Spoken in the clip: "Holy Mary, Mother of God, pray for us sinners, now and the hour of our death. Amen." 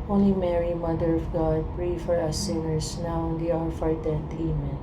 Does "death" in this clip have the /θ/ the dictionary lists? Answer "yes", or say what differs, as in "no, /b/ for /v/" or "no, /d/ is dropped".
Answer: no, /t/ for /θ/